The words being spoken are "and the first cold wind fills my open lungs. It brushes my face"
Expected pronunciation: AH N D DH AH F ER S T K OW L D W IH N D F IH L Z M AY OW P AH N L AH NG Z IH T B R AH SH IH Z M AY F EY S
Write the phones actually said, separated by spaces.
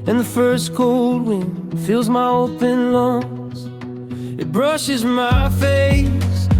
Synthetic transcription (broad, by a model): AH N DH AH F ER S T K OW L D W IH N F IH L Z M AY OW P AH N L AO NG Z IH T B R AH SH IH Z M AY F EY S